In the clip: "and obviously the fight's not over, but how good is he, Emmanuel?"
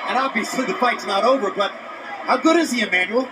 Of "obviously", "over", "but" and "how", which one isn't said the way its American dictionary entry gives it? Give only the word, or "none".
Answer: obviously